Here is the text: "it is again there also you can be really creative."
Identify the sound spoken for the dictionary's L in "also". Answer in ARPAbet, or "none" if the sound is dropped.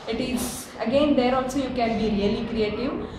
N